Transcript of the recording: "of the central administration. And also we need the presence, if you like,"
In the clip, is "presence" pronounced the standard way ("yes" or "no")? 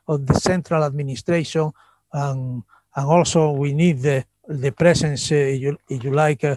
no